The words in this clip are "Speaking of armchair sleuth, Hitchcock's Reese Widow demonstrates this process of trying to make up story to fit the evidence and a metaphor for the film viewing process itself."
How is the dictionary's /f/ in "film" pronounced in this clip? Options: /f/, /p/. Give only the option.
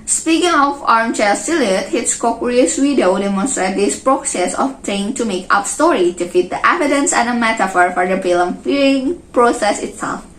/p/